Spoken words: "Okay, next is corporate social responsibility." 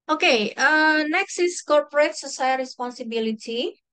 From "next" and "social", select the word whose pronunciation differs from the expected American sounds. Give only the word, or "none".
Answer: social